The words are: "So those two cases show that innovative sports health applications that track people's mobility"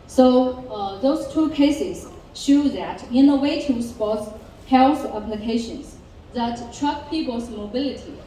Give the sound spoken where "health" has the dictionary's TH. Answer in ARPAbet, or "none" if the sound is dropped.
S